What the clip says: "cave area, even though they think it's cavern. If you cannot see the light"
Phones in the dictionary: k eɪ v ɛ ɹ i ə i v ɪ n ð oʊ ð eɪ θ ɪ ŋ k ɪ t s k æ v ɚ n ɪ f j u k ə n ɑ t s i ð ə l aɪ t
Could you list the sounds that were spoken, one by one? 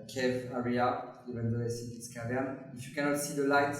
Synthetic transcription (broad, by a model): k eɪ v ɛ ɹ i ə i v ɪ n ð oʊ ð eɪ s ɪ k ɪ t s k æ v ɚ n ɪ f j u k ə n ɑ t s i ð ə l aɪ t